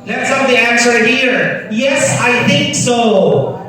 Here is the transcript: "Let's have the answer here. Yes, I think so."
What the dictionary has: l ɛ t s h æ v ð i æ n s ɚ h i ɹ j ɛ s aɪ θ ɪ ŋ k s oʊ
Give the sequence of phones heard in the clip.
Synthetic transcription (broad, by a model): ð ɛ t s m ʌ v ð i æ n s ɚ h i ɹ j ɛ s aɪ θ ɪ ŋ k s oʊ